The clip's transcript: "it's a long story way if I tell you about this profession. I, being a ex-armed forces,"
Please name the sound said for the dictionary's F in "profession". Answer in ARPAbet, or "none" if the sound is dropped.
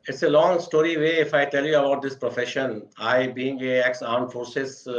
F